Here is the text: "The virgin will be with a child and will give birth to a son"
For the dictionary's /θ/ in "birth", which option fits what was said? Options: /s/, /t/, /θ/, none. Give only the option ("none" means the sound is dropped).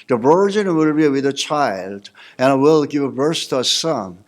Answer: /s/